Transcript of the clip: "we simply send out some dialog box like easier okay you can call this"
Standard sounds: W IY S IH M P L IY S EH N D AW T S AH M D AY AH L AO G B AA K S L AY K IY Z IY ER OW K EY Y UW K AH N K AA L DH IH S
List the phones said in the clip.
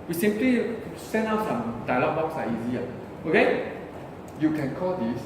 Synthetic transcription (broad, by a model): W IY S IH M P L IY S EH N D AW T S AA M D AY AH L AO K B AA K S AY IY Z IY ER OW K EY Y UW K AH N K AA L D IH S